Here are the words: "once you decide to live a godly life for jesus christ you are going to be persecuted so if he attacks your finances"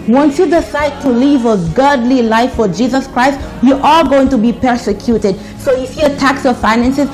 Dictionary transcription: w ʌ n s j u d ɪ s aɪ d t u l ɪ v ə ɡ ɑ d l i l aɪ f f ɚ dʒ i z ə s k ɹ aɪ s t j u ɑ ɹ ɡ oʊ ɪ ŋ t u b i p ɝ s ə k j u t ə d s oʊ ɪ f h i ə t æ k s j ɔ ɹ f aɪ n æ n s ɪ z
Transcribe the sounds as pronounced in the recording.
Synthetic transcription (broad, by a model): w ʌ n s j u d ɪ s aɪ d t u l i v ə ɡ ɑ d l i l aɪ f f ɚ dʒ i z ə s k ɹ aɪ s t j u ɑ l ɡ oʊ ɪ ŋ t u b i p ɝ s ə k j u t ə d s oʊ ɪ f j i ə t æ k s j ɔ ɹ f aɪ n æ n s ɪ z